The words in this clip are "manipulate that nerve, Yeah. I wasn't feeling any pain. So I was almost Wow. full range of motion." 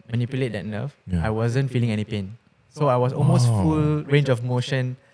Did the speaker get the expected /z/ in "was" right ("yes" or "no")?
no